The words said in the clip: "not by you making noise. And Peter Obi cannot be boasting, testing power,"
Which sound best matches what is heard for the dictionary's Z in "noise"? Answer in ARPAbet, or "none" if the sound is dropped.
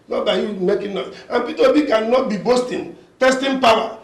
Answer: none